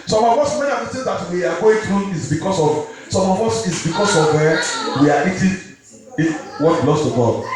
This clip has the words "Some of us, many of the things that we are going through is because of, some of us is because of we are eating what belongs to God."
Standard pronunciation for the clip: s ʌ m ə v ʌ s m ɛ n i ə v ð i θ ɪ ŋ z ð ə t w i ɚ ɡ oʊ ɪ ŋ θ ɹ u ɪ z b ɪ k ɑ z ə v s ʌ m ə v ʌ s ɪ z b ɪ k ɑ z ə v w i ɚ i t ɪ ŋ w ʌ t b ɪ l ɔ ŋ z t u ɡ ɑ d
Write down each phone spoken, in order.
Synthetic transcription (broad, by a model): s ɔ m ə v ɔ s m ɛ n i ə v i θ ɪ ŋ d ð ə t w i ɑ ɡ oʊ ɪ ŋ t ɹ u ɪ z b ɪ k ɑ s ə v s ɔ m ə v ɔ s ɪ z b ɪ k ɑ s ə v w i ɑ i t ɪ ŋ w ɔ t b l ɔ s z t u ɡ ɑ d